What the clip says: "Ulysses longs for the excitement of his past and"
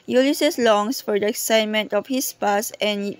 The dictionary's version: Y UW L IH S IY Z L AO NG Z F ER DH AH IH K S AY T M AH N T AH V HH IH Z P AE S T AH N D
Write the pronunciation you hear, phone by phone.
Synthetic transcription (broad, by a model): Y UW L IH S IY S L AO NG S F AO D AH IH K S AY T M AH N T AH F HH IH S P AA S AH N